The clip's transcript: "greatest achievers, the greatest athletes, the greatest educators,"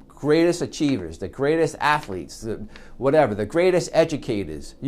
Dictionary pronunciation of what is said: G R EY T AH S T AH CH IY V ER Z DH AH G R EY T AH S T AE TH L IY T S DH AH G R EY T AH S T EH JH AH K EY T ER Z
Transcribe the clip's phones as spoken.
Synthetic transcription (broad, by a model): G R EY T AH S T AH CH IY V ER Z DH AH G R EY T AH S T AE TH L IY T S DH AH G R EY T AH S T EH JH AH K EY T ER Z